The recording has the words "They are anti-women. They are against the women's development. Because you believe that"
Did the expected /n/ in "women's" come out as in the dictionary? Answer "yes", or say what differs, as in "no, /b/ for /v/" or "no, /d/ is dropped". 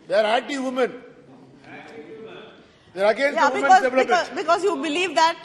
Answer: no, /n/ is dropped